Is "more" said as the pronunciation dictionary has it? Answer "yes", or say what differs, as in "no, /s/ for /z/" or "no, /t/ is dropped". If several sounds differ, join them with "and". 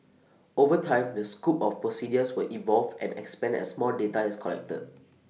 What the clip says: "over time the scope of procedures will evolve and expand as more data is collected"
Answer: no, /l/ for /ɹ/